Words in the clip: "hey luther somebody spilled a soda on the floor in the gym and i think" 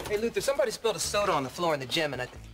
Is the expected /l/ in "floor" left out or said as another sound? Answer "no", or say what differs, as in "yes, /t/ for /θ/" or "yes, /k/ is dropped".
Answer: no